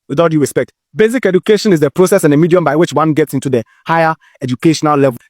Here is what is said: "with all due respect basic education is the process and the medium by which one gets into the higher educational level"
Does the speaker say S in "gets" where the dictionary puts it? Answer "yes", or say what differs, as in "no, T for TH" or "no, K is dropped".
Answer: yes